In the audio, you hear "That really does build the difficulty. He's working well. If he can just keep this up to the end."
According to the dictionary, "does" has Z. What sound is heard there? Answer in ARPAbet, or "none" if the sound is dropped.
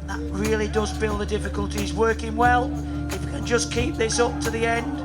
Z